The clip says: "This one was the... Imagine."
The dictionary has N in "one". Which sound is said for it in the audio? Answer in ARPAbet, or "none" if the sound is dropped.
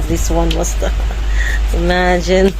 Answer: N